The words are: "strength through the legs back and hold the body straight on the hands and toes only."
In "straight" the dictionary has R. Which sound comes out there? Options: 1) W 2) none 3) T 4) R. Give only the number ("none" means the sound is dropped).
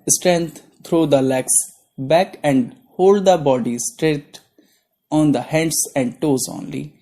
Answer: 4